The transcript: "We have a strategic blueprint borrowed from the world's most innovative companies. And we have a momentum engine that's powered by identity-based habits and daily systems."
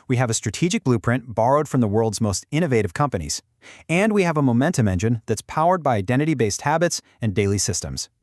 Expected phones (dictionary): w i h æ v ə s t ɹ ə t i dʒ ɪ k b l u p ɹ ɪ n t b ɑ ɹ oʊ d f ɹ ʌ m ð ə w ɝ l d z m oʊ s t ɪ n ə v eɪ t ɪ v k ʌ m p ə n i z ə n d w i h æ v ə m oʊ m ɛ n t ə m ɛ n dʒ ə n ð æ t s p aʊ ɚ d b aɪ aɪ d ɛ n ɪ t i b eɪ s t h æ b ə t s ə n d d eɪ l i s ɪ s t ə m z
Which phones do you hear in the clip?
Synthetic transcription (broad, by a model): w i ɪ v ə s t ɹ ə t i dʒ ɪ k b l u p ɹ ɪ n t b ɑ ɹ oʊ d f ɹ ʌ m ð ə w ɝ l d z m oʊ s t ɪ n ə v eɪ t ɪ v k ʌ m p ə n i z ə n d w i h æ v ə m oʊ m ɛ n t ə m ɛ n dʒ ə n ð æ t s p aʊ ɚ d b aɪ aɪ d ɛ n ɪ t i b eɪ s t h æ b ə t s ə n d d eɪ l i s ɪ s t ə m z